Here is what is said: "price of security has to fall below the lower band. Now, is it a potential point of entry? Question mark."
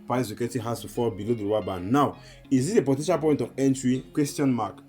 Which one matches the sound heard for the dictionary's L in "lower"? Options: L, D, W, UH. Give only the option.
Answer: W